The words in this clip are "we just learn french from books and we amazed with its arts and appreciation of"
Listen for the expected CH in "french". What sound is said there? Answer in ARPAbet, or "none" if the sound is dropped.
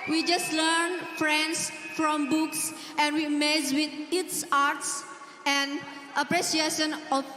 S